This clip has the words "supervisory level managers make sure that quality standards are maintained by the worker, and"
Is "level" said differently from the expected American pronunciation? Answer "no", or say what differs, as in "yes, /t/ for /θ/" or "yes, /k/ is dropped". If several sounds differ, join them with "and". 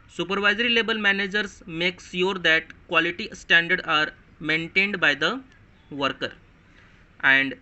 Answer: yes, /b/ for /v/